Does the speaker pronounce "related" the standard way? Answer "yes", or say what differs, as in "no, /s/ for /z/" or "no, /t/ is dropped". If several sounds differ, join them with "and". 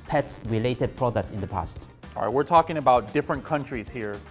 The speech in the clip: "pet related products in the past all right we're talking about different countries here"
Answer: yes